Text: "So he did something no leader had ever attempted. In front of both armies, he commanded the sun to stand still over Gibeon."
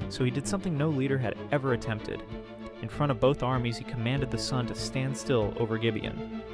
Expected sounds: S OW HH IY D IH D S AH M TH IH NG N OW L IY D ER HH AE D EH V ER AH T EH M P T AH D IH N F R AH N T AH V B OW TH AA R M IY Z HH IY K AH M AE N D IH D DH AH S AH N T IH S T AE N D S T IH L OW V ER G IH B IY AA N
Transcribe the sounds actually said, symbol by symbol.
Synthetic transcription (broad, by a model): S OW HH IY D IH D S AH M TH IH NG N OW L IY D ER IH D EH V ER AH T EH M P T AH D IH N F R AH T AH V B OW TH AA R M IY Z HH IY K AH M AE N D IH D DH AH S AH N T IH S T AE N D S T IH L OW V ER G IH B IY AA N